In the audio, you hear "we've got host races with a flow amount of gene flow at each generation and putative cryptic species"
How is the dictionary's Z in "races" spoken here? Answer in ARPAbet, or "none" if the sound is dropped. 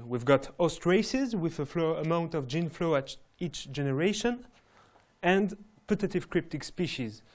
Z